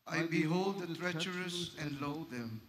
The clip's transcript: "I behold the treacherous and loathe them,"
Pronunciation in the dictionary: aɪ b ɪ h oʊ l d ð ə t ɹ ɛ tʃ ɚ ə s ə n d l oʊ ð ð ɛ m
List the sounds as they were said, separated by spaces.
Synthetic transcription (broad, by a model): aɪ b ɪ h oʊ l d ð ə t ɹ ɛ tʃ ɚ ə s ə n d l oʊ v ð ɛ m